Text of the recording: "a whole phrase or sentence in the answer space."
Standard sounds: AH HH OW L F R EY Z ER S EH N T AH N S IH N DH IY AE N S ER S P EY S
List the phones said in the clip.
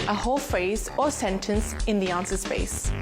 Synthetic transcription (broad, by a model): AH HH OW L F R EY Z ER S EH N T AH N S IH N DH IY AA N S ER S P EY S